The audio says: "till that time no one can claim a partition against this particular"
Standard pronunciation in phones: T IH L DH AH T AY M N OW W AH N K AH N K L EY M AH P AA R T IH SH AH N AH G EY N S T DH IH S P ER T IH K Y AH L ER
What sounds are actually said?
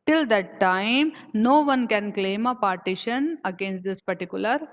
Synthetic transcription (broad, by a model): T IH L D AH T AY M N OW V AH N K AH N K L EY M AH P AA R T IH SH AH N AH G EY N S T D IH S P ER T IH K Y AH L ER